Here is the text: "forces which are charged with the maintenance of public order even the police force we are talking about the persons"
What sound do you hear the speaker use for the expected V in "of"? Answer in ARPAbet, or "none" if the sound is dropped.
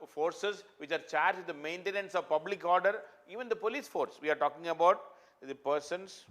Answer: V